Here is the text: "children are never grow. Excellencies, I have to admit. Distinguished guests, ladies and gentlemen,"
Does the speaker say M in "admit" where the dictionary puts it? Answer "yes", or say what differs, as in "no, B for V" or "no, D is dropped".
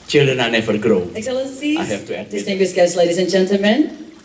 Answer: no, M is dropped